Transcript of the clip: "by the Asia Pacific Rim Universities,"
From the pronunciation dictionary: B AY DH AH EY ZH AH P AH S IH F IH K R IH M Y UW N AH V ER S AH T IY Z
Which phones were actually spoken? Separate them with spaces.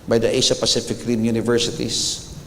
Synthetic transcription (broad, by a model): B AY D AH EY SH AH P AH S IH F IH K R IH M Y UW N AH V ER S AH T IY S